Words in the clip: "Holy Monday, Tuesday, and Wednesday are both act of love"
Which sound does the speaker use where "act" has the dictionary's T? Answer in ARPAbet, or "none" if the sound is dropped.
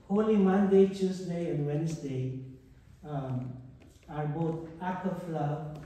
none